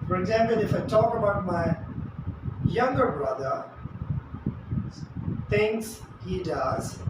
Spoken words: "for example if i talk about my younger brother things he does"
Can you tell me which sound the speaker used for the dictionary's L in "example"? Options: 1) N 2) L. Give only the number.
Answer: 2